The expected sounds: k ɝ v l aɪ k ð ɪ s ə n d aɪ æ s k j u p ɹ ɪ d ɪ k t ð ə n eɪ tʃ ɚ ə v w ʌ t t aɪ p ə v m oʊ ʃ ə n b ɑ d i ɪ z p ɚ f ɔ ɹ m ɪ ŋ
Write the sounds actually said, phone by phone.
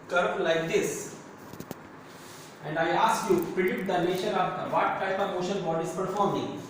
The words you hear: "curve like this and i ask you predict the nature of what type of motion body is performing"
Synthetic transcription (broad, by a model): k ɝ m l aɪ k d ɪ s ə n d aɪ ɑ s k j u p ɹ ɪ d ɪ t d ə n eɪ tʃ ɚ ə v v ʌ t t aɪ p ə v oʊ ʃ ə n b ɑ d i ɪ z p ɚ f ɔ ɹ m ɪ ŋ